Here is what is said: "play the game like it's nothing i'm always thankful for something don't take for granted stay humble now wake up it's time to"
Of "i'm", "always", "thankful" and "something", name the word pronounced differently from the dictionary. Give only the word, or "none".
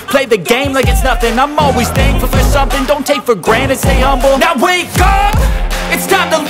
thankful